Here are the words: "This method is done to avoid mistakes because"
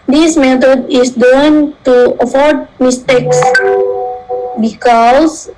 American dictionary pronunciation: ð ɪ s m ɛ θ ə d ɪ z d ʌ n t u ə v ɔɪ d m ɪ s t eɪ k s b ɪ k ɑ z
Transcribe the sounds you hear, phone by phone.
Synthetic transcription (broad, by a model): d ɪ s m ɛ t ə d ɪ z d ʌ n t u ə f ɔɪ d m ɪ s t eɪ k s b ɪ k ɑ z